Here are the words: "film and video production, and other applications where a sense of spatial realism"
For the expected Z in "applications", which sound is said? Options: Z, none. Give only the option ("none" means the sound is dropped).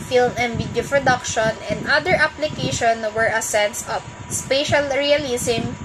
none